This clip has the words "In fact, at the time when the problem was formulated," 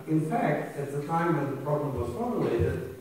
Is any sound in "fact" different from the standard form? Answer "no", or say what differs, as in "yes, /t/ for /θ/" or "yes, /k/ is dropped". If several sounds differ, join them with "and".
no